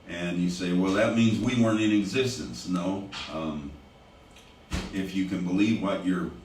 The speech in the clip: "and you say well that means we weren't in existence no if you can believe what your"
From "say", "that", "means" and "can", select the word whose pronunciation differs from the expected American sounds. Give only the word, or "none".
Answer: none